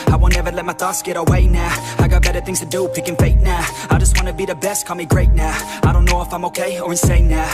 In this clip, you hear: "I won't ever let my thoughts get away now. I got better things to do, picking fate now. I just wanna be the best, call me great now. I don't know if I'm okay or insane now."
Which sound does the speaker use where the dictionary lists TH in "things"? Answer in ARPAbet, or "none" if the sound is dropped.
TH